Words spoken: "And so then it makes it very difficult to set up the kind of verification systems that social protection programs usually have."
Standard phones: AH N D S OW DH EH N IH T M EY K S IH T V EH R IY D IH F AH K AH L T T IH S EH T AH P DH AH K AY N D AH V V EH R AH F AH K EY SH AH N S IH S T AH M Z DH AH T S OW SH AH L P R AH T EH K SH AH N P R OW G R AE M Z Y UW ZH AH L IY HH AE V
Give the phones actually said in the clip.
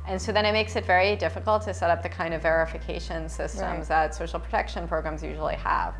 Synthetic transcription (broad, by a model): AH N S OW DH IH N IH T M EY K S IH T V EH R IY D IH F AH K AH L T T IH S EH T AH P DH AH K AY N D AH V V EH R AH F AH K EY SH AH N S IH S T AH M Z DH AH T S OW SH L P R AH T EH K SH AH N P R OW G R AE M Z Y UW ZH L IY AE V